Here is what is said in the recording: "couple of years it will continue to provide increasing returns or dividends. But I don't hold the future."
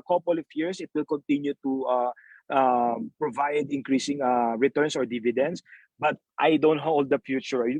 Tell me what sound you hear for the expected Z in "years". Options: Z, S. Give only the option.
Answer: S